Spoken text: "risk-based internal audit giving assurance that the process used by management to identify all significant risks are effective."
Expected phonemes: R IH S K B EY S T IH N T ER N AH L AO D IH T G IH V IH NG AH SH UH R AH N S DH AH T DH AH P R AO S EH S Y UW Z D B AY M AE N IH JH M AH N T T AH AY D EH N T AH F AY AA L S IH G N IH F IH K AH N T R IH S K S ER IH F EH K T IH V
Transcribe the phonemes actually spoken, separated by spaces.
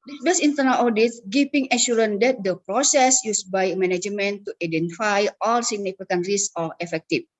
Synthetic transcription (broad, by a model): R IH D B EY S IH N T ER N AH L AO D IH T G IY P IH NG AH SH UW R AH N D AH T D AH P R AO S EH S Y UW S B AY M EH N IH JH M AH N T T AH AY D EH N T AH F AY AA L S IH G N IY F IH K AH N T R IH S S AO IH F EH K T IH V